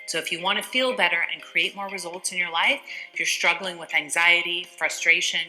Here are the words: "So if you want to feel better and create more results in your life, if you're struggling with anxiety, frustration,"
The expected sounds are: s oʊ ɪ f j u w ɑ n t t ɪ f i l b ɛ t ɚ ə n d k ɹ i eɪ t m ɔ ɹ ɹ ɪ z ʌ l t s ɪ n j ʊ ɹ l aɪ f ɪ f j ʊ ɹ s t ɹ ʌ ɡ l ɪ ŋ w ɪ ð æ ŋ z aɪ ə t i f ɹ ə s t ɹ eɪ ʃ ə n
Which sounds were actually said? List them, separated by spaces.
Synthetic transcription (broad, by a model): s oʊ ɪ f j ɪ w ɑ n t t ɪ f i l b ɛ t ɚ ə n k ɹ i eɪ t m ɔ ɹ ɹ ɪ z ʌ l t s ɪ n j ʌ ɹ l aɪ ɪ f j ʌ ɹ s t ɹ ʌ ɡ l ɪ ŋ w ɪ ð æ ŋ z aɪ ə t i f ɹ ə s t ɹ eɪ ʃ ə n